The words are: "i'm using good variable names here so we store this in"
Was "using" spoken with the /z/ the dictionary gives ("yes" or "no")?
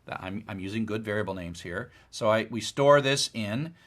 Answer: yes